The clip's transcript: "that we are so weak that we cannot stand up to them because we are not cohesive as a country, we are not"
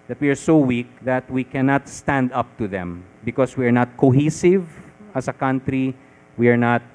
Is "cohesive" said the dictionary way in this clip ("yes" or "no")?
yes